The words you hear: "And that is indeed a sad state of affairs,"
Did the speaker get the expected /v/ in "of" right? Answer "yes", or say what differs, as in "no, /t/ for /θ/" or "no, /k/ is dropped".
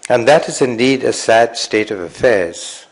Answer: yes